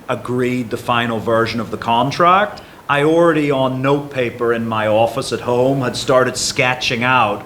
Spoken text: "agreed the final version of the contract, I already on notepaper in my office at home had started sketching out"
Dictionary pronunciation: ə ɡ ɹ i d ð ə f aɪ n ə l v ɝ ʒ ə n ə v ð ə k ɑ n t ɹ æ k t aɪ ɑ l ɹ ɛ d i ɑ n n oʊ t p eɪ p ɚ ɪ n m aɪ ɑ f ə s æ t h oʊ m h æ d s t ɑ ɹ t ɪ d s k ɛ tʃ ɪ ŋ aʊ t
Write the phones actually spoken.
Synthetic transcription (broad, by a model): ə ɡ ɹ i d ð ə f aɪ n l v ɝ ʒ ə n ə v ð ə k ɑ n t ɹ æ k t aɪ ɑ l ɹ ɛ d i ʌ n n oʊ t p eɪ p ɚ ɪ n m aɪ ɑ f ə s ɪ t h oʊ m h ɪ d s t ɑ ɹ t ɪ d s k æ tʃ ɪ ŋ aʊ t